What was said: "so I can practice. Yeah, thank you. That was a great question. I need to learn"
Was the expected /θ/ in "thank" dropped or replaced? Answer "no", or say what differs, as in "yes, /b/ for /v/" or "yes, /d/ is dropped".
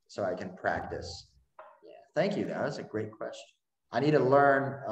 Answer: no